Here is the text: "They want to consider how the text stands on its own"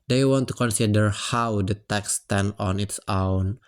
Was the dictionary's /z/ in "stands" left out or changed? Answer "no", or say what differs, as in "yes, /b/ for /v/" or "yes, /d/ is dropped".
yes, /z/ is dropped